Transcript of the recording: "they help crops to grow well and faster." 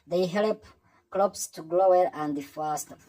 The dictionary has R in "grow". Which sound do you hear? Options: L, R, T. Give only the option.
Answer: L